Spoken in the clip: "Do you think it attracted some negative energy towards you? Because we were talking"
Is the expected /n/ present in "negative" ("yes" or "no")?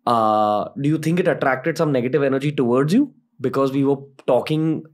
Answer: yes